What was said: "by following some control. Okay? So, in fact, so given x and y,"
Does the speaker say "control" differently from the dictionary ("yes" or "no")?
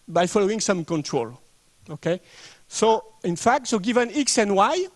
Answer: no